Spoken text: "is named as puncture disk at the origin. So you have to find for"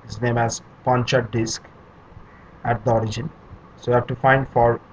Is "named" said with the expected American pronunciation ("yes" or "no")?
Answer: no